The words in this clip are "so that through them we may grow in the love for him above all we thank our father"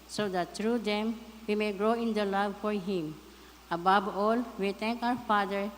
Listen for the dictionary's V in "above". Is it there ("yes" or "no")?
no